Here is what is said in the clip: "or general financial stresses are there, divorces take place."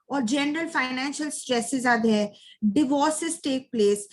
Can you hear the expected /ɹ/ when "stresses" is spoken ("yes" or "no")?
yes